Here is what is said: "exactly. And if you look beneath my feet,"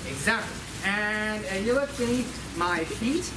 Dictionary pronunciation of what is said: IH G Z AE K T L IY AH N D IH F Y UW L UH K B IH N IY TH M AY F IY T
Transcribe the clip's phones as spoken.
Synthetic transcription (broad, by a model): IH G Z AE K T L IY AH N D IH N Y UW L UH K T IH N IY T M AY F IY T